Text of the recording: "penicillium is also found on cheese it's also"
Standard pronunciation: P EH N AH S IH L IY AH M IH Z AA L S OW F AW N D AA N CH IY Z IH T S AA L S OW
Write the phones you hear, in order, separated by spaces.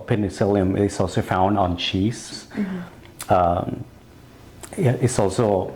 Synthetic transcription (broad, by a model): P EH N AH S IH L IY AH M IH S AA L S OW F AW N D N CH IY S IH T S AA L S OW